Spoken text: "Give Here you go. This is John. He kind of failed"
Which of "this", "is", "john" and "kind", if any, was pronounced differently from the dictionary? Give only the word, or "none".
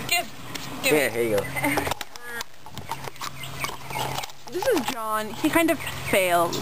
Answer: none